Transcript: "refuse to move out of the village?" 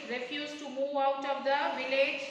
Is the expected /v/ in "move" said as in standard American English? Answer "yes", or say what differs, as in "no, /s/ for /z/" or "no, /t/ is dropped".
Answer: yes